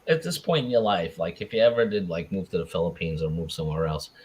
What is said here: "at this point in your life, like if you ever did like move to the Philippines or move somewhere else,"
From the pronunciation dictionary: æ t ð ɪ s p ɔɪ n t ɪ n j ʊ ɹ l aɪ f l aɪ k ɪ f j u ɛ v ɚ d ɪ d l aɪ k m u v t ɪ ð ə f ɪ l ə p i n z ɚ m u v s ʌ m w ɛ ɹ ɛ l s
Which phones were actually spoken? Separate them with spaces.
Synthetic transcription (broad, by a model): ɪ t ð ɪ s p ɔɪ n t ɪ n j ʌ ɹ l aɪ f l aɪ k ɪ f j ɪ ɛ v ɚ d ɪ d l aɪ k m u v t ɪ ð ə f ɪ l ə p i n z ɚ m u v s ʌ m w ɛ ɹ ɛ l s